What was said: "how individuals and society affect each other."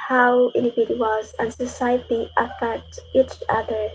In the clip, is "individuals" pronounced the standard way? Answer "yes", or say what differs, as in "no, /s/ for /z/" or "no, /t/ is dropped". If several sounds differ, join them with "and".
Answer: no, /l/ is dropped